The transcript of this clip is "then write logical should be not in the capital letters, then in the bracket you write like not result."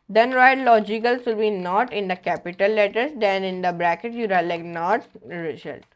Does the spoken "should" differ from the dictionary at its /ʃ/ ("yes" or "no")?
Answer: yes